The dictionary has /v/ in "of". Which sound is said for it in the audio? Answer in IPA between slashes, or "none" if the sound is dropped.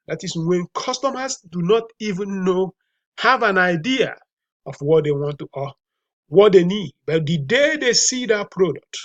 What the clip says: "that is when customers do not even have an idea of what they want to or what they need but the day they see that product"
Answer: /f/